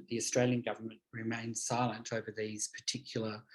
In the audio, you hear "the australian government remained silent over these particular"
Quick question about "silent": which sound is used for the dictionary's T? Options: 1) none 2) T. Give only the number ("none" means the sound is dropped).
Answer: 2